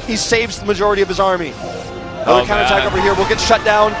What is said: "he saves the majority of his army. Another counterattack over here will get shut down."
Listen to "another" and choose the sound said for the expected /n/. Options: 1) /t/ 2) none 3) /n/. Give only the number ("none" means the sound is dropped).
2